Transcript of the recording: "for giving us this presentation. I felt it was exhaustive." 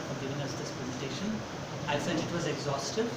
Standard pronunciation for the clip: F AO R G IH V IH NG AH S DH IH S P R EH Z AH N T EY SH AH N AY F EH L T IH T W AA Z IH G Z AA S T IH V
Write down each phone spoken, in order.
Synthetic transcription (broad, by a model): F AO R G IH V IH NG AH S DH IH S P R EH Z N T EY SH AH N AY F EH T IH T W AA Z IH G Z AA S T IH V